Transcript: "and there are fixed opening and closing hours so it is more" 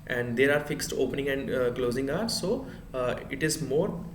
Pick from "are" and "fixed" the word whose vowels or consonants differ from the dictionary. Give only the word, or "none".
none